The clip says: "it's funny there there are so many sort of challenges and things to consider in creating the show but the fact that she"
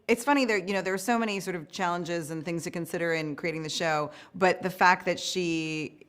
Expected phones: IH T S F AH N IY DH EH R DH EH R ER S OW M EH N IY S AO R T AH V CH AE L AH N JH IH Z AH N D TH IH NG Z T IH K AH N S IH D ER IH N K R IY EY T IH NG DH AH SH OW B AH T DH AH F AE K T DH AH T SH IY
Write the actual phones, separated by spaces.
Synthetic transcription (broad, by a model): IH T S F AH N IY DH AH R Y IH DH ER S OW M EH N IY S AO R T AH V CH AE L AH N JH IH Z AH N TH IH NG Z T IH K AH N S IH D ER IH N K R IY EY T IH NG DH AH SH OW B AH T DH AH F AE K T DH AH T SH IY